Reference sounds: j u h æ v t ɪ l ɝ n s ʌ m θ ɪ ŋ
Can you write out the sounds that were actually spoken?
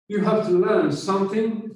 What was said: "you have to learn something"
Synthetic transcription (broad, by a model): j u h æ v t ɪ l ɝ l s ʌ m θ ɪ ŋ